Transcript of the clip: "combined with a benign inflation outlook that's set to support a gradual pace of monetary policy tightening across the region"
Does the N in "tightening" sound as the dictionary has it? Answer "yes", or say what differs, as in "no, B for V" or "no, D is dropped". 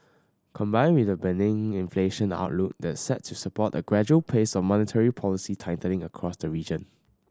no, L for N